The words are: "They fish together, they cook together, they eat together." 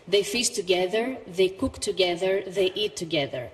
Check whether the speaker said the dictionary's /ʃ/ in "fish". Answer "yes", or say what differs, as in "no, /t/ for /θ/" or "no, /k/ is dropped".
no, /s/ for /ʃ/